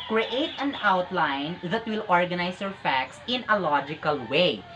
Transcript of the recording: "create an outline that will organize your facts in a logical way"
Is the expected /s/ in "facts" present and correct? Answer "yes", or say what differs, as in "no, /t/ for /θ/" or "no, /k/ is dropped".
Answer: yes